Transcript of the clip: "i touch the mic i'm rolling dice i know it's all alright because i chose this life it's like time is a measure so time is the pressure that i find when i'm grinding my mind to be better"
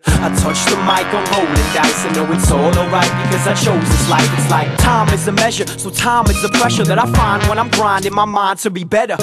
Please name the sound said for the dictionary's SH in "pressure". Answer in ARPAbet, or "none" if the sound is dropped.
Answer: SH